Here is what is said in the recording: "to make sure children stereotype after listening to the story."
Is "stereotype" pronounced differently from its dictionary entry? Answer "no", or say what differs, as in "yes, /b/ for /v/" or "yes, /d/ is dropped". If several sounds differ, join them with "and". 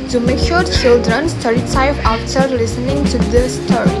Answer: yes, /f/ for /p/